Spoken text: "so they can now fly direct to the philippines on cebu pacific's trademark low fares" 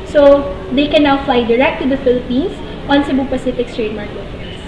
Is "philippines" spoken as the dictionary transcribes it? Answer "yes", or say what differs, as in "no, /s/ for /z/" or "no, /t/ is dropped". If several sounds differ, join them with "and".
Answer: no, /s/ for /z/